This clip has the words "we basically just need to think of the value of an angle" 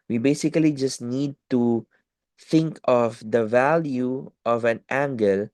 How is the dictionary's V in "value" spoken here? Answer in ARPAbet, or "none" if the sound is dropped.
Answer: V